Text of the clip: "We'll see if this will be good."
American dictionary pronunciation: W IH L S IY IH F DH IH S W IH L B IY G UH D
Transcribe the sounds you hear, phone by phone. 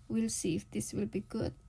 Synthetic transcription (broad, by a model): W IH L S IY IH F DH IH S W IH L B IY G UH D